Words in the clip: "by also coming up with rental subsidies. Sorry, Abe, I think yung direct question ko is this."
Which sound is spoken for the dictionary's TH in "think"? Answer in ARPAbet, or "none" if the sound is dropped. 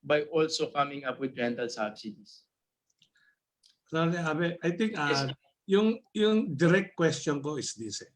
T